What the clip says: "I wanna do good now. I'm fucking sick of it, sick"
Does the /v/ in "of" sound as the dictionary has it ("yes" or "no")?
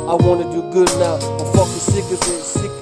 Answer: no